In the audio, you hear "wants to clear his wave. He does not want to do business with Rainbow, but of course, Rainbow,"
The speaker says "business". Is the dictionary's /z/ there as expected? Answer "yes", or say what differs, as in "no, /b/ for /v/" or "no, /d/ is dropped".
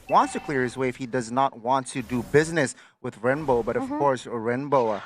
yes